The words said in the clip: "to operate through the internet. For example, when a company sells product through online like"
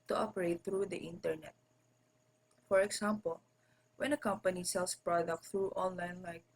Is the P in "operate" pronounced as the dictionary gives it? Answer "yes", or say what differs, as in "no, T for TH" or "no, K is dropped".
yes